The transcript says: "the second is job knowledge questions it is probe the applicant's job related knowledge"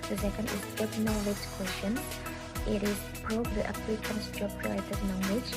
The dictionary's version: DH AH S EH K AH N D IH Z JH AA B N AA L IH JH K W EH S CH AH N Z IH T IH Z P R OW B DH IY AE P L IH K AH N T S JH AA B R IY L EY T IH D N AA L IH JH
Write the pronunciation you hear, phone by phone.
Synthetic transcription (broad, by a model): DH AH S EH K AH N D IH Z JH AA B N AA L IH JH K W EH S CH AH N IH T IH Z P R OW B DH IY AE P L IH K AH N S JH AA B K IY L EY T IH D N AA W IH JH